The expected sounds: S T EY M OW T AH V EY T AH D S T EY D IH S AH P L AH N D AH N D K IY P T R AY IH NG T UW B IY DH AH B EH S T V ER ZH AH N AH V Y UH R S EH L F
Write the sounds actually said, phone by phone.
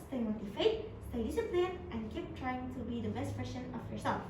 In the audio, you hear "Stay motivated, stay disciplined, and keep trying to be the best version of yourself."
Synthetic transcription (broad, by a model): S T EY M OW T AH F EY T S T EY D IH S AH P L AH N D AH N K IY P T R AY IH NG T UW B IY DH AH B EH S T P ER SH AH N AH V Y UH R S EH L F